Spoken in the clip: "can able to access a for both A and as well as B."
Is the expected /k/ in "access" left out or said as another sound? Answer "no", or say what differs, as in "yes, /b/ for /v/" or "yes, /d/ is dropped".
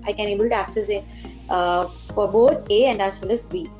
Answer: no